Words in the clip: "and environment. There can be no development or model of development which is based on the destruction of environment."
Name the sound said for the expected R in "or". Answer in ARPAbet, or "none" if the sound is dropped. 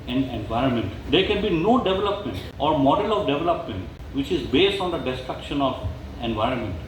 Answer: R